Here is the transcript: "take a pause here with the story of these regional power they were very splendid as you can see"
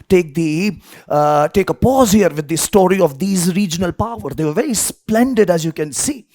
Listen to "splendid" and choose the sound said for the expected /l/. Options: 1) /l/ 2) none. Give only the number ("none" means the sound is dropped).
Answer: 1